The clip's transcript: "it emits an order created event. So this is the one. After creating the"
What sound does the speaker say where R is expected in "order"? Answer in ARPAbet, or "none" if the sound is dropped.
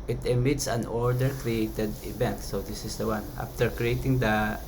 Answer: R